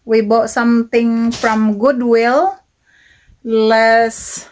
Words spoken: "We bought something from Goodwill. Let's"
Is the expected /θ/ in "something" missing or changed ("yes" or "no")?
yes